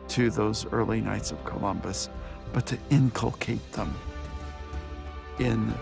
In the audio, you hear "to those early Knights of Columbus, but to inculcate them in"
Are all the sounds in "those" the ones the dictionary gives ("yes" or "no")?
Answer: yes